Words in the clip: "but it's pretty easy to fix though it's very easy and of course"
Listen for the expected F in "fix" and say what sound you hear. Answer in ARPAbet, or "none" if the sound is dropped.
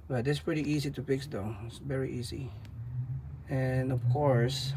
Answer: P